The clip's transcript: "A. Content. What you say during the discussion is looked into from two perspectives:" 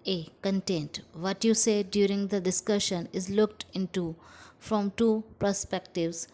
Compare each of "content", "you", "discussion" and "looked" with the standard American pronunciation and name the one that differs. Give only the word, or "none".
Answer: none